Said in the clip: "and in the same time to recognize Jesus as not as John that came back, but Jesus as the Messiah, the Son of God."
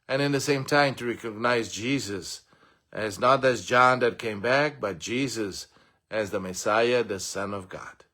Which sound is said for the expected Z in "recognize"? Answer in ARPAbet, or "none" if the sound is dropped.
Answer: Z